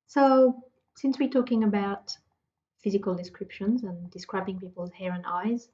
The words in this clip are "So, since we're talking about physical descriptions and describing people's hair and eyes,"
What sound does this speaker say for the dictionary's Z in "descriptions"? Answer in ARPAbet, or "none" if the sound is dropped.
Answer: Z